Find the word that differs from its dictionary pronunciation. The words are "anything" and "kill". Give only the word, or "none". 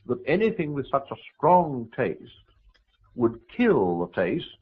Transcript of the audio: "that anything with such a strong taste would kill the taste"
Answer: none